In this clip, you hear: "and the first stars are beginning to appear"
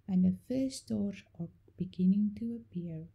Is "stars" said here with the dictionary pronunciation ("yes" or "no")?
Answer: no